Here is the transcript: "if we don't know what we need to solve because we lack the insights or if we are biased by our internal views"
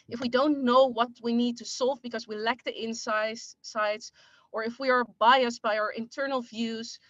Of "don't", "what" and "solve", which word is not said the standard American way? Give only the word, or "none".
none